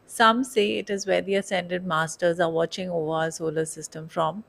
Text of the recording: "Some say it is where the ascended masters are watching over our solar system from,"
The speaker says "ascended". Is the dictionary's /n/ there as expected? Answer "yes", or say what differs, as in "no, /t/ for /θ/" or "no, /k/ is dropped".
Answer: yes